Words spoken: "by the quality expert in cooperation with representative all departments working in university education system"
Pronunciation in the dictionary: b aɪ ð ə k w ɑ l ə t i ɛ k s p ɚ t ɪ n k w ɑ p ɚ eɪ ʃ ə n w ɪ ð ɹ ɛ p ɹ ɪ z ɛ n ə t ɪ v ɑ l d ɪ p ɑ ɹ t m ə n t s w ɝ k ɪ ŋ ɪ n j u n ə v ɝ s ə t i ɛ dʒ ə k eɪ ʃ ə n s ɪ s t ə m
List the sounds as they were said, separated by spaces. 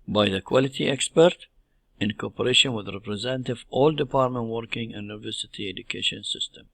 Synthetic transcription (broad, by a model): b aɪ ð ə k w ɑ l ə t i ɛ k s p ɚ t ɪ n k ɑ p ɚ eɪ ʃ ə n w ɪ ð ɹ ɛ p ɹ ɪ z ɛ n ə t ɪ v ɑ l d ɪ p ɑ ɹ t m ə n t w ɝ k ɪ ŋ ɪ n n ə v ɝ s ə t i ɛ dʒ ə k eɪ ʃ ə n s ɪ s t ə m